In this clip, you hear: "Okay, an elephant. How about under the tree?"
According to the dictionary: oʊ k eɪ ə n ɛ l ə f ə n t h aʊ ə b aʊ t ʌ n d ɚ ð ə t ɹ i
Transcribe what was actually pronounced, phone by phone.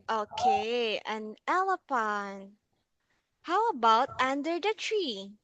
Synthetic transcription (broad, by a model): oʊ k eɪ ə n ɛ l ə p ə n h aʊ ə b aʊ t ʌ n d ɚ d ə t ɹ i